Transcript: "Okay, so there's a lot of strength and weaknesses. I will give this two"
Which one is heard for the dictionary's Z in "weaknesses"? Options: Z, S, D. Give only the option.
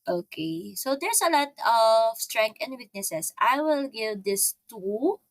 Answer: S